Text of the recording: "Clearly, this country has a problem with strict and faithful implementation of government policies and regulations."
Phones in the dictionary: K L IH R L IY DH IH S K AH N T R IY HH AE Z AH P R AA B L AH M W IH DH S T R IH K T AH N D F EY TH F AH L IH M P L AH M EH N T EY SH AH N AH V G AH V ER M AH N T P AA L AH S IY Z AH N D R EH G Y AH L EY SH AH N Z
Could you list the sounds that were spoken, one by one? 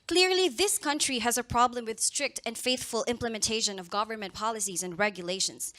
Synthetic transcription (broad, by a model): K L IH R L IY DH IH S K AH N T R IY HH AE Z AH P R AA B L AH M W IH DH S T R IH K T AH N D F EY TH F AH L IH M P L AH M EH N T EY SH AH N AH V G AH V ER M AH N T P AA L AH S IY Z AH N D R EH G Y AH L EY SH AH N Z